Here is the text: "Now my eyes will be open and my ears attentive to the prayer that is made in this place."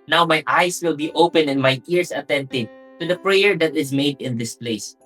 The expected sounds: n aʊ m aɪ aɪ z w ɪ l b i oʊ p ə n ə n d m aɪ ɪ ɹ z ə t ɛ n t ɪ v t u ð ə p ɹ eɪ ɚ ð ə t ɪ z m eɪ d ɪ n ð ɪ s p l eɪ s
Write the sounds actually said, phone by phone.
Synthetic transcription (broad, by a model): n aʊ m aɪ aɪ s w ɪ l b i oʊ p ə n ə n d m aɪ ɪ ɹ s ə t ɛ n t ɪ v t u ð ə p ɹ eɪ ɚ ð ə t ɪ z m eɪ d ɪ n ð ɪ s p l eɪ s